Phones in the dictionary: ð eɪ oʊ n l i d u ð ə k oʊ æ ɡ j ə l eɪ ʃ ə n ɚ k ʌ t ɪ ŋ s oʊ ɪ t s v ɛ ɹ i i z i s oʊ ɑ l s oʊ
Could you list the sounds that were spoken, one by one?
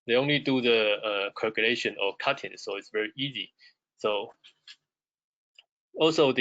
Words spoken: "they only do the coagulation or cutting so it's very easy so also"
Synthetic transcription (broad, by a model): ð eɪ oʊ n l i d u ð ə k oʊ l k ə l eɪ ʃ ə n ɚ k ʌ t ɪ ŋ s oʊ ɪ t s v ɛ ɹ i i z i s oʊ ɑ l s oʊ